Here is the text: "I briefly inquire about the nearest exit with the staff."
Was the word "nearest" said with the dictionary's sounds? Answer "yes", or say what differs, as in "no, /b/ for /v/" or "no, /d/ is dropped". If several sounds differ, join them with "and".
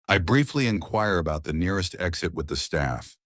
yes